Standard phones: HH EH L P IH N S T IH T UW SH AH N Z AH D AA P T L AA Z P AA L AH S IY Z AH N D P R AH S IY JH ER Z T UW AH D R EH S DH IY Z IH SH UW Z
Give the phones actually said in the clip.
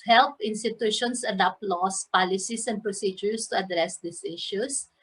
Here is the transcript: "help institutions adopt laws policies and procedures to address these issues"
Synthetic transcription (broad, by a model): HH EH L P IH N S T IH T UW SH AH N S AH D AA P L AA S P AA L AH S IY S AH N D P R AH S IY JH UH S T UW AH D R EH S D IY S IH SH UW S